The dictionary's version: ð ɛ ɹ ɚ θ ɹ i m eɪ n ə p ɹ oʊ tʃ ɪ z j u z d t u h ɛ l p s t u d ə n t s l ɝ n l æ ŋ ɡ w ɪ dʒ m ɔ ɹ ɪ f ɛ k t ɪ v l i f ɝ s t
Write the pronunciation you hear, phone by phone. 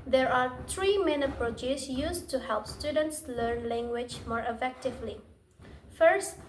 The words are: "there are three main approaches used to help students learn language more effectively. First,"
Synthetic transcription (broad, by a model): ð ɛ ɹ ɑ t ɹ i m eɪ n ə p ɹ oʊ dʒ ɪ s j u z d t u h ɛ l p s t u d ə n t s l ɝ n l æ ŋ ɡ w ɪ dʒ m ɔ ɹ ɪ f ɛ k t ɪ v l i f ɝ s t